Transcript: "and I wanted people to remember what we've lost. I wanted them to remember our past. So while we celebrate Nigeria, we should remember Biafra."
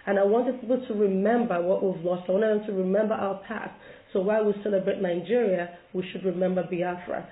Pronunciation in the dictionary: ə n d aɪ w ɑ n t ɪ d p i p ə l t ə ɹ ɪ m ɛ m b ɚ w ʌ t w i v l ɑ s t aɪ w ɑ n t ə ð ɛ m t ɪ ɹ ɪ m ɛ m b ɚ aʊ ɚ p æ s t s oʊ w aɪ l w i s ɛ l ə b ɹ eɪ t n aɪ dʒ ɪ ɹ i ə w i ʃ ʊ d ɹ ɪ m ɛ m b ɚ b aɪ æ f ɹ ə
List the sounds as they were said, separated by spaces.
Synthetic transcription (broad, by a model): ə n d aɪ w ɑ n t ɪ d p i p l t ə ɹ ɪ m ɛ m b ɚ w ʌ t w i v l ɑ s t aɪ w ɑ n t ə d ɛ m t ɪ ɹ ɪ m ɛ m b ɚ aʊ ɚ p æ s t s oʊ w aɪ l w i s ɛ l ə b ɹ eɪ t n aɪ dʒ ɪ ɹ i ə w i ʃ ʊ d ɹ ɪ m ɛ m b ɚ b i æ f ɹ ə